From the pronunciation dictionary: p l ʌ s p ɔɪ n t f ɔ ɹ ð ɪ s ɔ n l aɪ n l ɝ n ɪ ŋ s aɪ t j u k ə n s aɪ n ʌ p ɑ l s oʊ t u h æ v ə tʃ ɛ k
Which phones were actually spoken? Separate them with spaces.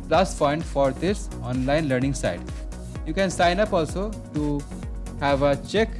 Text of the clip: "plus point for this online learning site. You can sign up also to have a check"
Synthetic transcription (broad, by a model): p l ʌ s f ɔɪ n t f ɔ ɹ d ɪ s ɔ n l aɪ n l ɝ n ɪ ŋ s aɪ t j u k ə n s aɪ n ʌ p ɑ l s oʊ t u h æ v ə tʃ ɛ k